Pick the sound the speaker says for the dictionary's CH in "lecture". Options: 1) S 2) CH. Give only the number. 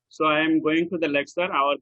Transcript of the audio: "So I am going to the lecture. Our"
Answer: 1